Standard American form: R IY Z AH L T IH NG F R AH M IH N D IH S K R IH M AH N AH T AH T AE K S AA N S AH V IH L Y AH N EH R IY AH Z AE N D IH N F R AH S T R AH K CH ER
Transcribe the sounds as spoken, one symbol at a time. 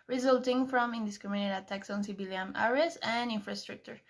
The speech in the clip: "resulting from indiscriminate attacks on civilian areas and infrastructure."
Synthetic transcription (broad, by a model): R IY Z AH L T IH NG F R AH M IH N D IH S K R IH M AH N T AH T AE K S AA N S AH B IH L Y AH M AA R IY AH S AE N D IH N F R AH S T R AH K CH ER